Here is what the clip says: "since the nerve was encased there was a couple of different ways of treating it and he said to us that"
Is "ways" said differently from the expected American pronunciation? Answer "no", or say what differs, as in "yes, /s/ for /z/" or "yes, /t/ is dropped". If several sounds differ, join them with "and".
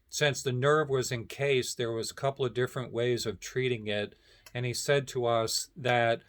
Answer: no